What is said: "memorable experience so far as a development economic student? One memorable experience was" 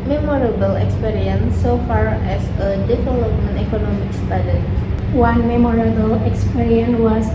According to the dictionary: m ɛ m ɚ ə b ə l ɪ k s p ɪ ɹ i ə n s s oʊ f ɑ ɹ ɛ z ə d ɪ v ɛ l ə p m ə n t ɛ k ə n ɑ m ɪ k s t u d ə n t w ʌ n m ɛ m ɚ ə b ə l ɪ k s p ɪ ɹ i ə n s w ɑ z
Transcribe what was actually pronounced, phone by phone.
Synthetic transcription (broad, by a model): m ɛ m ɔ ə b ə l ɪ k s p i ɹ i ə n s s oʊ f ɑ ɹ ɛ s ə d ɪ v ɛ l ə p ə n ɛ k ə n ɑ m ɪ k s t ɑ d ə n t w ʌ n m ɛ m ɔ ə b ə l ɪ k s p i ɹ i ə n w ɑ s